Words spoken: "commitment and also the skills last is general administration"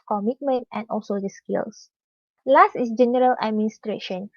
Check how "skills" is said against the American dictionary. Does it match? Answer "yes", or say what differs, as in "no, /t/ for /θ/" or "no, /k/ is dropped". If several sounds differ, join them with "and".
no, /s/ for /z/